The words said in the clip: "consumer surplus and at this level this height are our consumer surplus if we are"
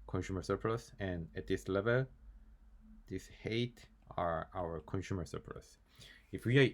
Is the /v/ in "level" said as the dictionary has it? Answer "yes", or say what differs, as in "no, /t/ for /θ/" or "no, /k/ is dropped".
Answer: yes